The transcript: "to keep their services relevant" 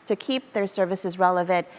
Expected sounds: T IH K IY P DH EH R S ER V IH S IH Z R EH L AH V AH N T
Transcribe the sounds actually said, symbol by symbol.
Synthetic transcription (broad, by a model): T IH K IY P DH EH R S ER V IH S IH Z R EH L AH V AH N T